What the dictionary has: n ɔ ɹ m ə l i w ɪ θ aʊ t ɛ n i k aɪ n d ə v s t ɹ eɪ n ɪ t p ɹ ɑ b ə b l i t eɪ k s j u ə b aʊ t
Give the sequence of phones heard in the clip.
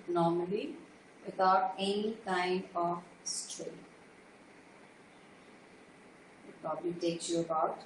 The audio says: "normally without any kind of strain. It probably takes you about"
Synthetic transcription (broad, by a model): n ɔ ɹ m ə l i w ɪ t aʊ t ɛ n i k aɪ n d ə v s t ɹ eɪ ɪ t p ɹ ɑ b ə l i t eɪ k s j u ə b aʊ t